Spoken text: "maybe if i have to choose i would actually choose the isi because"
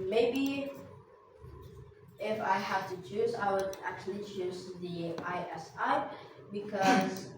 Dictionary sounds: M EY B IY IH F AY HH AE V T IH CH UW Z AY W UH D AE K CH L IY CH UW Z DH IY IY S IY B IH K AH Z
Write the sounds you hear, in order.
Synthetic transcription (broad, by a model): M EY B IY IH F AY HH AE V T IH CH UW Z AY W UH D AE K CH L IY CH UW Z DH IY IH S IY B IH K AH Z